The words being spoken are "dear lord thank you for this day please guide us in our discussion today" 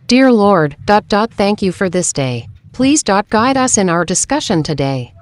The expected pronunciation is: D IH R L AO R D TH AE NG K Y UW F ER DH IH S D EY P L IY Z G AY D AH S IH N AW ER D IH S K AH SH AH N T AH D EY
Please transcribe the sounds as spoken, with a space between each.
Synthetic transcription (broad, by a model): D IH R L AO R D TH AE NG K Y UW F ER DH IH S D EY P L IY Z G AY D AH S IH N AW ER D IH S K AH SH AH N T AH D EY